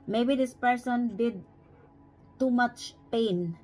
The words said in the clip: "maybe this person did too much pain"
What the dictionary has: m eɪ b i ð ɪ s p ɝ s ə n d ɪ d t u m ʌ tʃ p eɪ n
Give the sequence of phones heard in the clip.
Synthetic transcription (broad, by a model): m eɪ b i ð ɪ s p ɝ s ə n d ɪ d t u m ʌ tʃ p eɪ n